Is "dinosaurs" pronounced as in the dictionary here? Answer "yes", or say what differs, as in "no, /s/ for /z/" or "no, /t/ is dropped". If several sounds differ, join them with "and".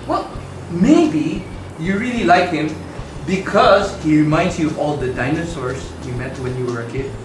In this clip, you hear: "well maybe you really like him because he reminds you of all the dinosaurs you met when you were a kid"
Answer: no, /s/ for /z/